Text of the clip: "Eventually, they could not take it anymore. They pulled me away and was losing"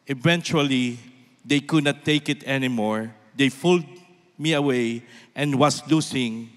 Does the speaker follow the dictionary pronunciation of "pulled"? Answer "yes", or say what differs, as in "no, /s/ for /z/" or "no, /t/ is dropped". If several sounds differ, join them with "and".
no, /f/ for /p/